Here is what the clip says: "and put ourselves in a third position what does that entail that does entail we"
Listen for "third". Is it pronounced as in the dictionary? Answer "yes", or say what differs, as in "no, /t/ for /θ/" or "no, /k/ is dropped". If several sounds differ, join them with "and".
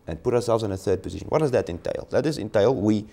yes